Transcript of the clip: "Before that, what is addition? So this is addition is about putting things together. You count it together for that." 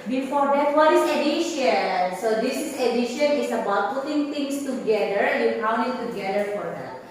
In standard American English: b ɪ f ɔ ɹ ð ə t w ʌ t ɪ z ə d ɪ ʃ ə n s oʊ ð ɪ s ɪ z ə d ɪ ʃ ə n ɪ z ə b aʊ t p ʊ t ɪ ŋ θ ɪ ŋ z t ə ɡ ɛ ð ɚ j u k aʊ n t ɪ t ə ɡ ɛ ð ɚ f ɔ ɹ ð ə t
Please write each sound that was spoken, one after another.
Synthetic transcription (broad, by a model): b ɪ f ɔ ɹ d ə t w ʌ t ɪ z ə d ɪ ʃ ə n s oʊ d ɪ s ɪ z ə d ɪ ʃ ə n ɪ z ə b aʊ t p ʊ t ɪ ŋ t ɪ ŋ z t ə ɡ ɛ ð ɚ j u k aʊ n ɪ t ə ɡ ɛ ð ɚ f ɔ ɹ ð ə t